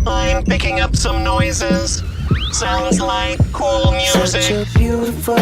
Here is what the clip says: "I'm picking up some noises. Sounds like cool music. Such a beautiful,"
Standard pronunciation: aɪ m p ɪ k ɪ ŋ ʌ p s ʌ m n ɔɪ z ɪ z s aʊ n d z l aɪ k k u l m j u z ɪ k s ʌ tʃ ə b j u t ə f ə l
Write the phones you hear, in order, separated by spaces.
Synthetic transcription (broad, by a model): aɪ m p ɪ k ɪ ŋ ʌ p s ʌ m n ɔɪ z ɪ z s aʊ n d z l aɪ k k u l m j u z ɪ k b j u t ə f